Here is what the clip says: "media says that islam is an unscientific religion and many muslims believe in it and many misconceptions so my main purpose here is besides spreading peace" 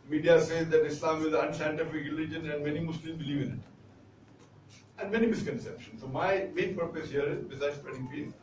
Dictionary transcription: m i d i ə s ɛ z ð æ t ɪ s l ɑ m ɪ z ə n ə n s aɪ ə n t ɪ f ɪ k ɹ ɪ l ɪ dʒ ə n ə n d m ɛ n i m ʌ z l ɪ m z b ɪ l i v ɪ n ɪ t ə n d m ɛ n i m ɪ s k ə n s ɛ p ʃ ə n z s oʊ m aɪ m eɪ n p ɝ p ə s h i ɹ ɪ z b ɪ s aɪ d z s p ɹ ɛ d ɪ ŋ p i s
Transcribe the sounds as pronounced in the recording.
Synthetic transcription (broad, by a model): m i d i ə s ɛ z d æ t ɪ s l ɑ m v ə l ə n s aɪ ə n t ɪ f ɪ k ɹ ɪ l ɪ dʒ ə n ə n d m ɛ n i m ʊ s l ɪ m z b ɪ l i v ɪ n ɪ t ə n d m ɛ n i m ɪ s k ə n s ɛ p ʃ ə n s oʊ m aɪ m eɪ n p ɝ p ə s h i ɹ ɪ z b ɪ s aɪ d s p ɹ ɛ d ɪ ŋ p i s